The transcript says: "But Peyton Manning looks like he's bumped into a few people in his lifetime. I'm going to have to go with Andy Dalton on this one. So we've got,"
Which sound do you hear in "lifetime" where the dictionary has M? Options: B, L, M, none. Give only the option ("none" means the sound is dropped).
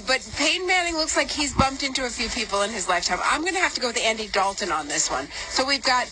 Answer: M